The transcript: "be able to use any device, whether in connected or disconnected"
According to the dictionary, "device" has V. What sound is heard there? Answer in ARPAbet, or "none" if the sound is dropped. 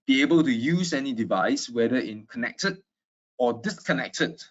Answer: V